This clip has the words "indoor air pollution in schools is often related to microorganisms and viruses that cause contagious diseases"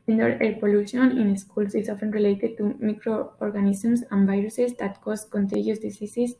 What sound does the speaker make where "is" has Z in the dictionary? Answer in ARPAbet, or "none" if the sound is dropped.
S